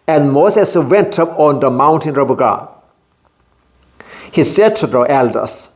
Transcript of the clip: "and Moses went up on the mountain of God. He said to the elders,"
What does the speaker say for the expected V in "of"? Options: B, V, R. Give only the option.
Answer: B